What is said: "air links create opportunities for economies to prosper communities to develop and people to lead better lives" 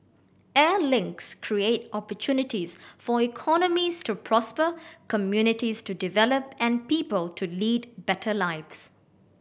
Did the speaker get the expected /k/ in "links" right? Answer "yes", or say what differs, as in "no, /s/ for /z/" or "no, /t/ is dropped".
yes